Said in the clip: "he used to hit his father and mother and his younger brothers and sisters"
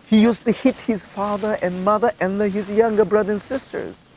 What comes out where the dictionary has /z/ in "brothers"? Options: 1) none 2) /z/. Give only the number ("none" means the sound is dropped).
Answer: 1